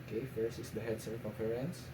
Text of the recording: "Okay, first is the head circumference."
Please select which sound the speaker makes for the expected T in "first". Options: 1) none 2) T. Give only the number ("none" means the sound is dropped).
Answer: 1